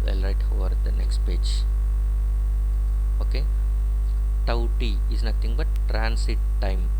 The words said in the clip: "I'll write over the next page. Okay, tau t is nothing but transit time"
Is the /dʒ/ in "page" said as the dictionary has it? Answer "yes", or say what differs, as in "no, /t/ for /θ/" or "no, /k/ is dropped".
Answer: yes